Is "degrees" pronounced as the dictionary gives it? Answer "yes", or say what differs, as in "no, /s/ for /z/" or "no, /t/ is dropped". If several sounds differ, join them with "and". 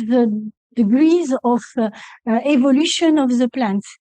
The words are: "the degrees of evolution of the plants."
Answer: yes